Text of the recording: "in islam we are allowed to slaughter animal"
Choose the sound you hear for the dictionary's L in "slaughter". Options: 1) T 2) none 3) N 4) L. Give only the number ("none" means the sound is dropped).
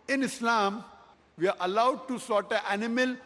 2